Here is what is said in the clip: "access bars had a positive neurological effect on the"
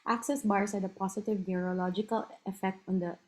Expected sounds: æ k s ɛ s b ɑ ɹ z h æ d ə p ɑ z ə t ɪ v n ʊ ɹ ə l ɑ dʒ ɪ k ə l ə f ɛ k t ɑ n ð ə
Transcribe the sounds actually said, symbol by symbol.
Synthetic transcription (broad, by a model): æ k s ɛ s b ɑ ɹ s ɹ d ə p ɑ s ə t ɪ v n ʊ ɹ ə l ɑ dʒ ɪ k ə l ə f ɛ k t ɑ n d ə